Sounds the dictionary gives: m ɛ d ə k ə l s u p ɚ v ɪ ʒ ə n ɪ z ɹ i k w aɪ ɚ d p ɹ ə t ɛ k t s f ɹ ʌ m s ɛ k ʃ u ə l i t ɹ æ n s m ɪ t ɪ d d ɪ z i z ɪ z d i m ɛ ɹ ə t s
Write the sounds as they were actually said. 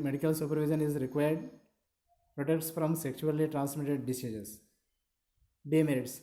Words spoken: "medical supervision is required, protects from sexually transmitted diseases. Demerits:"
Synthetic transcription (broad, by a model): m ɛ d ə k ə l s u p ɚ v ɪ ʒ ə n ɪ z ɹ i k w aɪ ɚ d p ɹ ə t ɛ k t s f ɹ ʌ m s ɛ k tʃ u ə l i t ɹ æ n s m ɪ t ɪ d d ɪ s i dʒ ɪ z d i m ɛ ɹ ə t s